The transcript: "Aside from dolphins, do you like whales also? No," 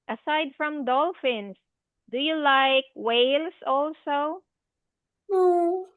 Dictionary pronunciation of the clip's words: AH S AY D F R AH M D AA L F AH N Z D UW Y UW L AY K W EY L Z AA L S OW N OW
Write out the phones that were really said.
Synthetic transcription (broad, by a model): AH S AY D F R AH M D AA L F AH N S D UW Y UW L AY K W EY L S AA L S OW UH